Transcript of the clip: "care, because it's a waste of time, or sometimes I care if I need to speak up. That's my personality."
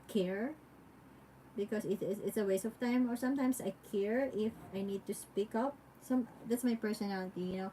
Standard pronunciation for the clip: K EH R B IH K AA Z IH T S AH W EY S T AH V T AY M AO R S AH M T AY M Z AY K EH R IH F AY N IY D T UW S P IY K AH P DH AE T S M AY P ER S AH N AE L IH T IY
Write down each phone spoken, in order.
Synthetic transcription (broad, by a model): K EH R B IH K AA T IH T S AH W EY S AH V T AY M AO R S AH M T AY M S AY K EH R IH F AY N IY D T UW S P IY K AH P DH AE T S M AY P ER S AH N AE L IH T IY